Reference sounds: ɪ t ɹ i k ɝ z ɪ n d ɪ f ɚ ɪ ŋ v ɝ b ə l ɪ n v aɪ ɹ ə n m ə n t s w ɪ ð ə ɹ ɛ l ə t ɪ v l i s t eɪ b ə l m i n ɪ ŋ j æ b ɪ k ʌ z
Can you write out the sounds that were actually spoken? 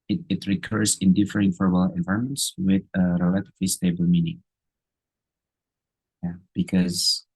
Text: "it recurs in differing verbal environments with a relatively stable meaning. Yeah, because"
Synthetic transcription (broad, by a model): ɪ t ɹ i k ɝ z ɪ n d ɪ f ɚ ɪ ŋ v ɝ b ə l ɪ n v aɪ ə m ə n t s w ɪ ð ə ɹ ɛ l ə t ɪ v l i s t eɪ b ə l m i n ɪ ŋ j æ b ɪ k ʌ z